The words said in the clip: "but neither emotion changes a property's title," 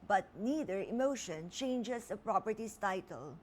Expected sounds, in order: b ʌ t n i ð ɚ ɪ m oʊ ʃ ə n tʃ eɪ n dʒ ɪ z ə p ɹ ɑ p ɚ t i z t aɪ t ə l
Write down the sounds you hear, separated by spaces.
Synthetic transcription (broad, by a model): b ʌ t n i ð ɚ ɪ m oʊ ʃ ə n tʃ eɪ n dʒ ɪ s ə p ɹ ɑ p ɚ t i s t aɪ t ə l